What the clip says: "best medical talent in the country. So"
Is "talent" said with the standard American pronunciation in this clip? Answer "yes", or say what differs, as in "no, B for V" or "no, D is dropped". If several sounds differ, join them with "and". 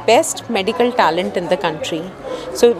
yes